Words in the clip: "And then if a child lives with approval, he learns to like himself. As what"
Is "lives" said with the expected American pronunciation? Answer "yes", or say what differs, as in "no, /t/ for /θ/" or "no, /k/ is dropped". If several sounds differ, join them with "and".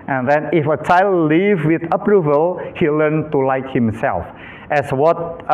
no, /z/ is dropped